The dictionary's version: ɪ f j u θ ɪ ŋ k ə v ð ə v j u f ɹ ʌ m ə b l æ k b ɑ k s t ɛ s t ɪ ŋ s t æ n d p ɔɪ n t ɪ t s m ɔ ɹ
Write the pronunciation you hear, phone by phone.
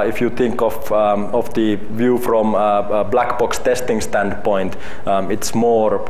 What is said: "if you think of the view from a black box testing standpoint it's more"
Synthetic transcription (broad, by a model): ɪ f j u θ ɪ ŋ k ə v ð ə v j u f ɹ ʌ m b l æ k b ɑ k s t ɛ s t ɪ ŋ s t æ n d p ɔɪ n t ɪ t s m ɔ ɹ